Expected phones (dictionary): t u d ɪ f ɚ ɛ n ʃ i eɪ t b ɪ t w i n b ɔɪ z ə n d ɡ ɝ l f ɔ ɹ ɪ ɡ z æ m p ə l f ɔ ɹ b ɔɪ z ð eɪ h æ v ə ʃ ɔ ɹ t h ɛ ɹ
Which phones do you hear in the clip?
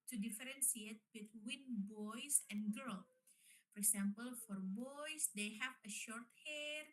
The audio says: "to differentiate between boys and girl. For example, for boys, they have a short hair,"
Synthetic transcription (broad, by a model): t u d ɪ f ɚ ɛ n s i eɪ t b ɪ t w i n b ɔɪ s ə n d ɡ ɝ l f ɔ ɹ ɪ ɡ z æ m p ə l f ɔ ɹ b ɔɪ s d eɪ h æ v ə ʃ ɔ ɹ t h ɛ ɹ